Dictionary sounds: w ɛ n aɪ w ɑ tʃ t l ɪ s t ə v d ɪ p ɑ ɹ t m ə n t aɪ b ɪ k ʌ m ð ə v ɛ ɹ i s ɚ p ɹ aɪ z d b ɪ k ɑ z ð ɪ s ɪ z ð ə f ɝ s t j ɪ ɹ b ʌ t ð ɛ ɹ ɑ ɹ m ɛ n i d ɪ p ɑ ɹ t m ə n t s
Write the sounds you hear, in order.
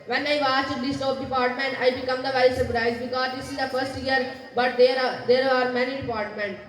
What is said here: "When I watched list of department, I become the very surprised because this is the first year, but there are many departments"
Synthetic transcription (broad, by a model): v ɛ n aɪ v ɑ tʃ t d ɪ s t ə p d ɪ p ɑ ɹ t m ə n t aɪ b ɪ k ʌ m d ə v ɛ ɹ i s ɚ p ɹ aɪ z b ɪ k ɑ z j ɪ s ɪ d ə f ɝ s t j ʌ ɹ b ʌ t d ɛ ɹ ɑ ɹ m ɛ n i d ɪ p ɑ ɹ t m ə n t